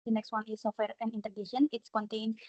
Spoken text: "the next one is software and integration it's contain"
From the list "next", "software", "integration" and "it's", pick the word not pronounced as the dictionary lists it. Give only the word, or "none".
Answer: integration